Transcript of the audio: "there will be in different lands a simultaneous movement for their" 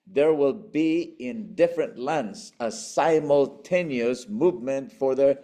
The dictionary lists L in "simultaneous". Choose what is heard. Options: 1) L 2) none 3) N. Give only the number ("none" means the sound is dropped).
1